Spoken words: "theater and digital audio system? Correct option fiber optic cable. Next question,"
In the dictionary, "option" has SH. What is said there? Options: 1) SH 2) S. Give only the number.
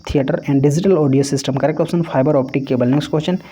2